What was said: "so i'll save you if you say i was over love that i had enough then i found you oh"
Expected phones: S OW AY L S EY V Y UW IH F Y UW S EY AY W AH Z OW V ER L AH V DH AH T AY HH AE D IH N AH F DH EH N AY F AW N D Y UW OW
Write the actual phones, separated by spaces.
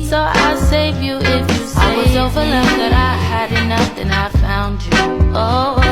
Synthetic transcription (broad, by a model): S OW AY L S EY V Y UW IH F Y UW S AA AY W AH Z OW V ER L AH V DH AH T AY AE D IH N AH F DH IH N AY F AW N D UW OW